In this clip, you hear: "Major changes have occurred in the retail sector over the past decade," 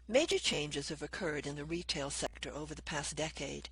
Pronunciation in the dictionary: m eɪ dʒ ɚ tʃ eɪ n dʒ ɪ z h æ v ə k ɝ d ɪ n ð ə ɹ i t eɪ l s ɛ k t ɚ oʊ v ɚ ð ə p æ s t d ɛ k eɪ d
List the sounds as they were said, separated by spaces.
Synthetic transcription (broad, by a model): m eɪ dʒ ɚ tʃ eɪ n dʒ ɪ z h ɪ v ə k ɝ d ɪ n ð ə ɹ i t eɪ l s ɛ k t ɚ oʊ v ɚ ð ə p æ s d ɛ k eɪ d